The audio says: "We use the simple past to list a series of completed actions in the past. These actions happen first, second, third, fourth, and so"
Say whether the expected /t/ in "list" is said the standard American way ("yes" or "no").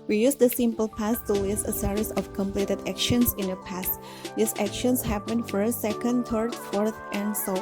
no